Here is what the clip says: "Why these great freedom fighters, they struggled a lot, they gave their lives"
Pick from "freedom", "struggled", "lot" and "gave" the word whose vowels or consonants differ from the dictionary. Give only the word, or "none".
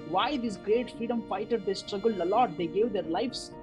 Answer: struggled